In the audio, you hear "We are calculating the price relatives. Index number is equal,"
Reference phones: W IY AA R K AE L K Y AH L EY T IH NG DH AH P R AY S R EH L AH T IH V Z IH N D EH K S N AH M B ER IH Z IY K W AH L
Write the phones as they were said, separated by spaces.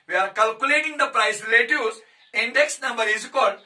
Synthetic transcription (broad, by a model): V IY AA R K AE L K Y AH L EY T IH NG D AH P R AY S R L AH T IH Z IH N D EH K S N AH M B ER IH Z K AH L